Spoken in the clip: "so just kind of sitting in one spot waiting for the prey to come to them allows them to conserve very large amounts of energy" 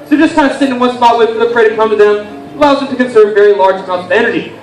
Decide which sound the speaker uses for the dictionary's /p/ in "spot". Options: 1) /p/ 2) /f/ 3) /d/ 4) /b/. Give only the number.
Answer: 4